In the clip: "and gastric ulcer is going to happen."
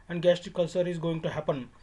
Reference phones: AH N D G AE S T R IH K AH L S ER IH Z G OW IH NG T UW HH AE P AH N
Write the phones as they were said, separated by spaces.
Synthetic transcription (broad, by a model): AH N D G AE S T IH K AH L S ER IH Z G OW IH NG T UW HH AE P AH N